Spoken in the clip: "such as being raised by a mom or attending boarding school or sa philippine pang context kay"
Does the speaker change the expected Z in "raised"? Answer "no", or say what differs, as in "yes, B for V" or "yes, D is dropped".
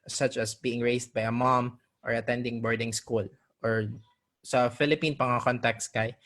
yes, S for Z